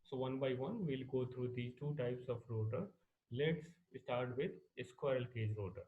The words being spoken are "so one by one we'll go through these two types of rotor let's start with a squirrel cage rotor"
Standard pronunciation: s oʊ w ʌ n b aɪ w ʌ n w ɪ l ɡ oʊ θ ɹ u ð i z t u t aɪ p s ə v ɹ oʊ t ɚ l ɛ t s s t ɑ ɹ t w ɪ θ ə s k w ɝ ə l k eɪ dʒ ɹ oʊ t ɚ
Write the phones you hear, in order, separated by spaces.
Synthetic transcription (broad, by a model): s oʊ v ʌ n b aɪ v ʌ n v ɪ l ɡ oʊ t ɹ u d i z t u t aɪ p s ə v ɹ oʊ t ɚ l ɛ t s s t ɑ ɹ t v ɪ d ə s k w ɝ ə l k eɪ dʒ ɹ oʊ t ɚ